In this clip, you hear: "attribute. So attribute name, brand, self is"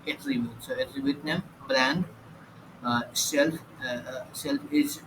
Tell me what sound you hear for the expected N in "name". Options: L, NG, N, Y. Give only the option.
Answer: N